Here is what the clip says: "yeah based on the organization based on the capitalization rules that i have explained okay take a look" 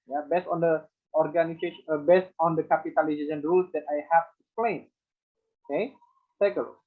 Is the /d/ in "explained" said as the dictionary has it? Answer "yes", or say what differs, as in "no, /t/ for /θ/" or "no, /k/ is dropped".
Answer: no, /d/ is dropped